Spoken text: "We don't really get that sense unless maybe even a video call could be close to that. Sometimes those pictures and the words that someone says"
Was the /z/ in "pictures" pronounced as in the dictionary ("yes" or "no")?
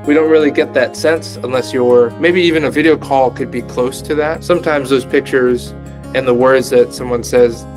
yes